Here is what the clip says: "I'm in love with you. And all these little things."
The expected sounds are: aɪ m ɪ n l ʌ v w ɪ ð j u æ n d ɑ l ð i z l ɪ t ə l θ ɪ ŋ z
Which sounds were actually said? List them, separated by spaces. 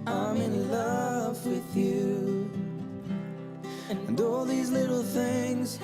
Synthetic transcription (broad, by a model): aɪ m ɪ n l ʌ v w ɪ ð j u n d ɑ l ð i z l ɪ t l θ ɪ ŋ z